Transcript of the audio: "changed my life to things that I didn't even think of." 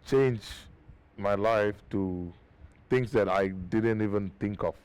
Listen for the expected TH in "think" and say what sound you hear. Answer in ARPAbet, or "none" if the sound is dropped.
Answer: T